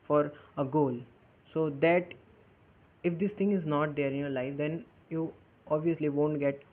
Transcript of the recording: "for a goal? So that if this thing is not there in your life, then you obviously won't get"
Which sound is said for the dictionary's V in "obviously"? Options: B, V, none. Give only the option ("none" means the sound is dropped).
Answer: V